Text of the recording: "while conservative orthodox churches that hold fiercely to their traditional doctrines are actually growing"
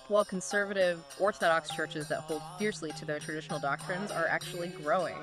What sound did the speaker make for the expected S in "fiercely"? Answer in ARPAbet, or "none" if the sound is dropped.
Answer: S